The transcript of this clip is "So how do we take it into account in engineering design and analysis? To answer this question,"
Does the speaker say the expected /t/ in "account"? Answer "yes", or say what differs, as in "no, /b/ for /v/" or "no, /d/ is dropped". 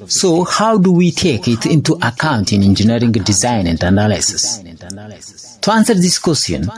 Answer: yes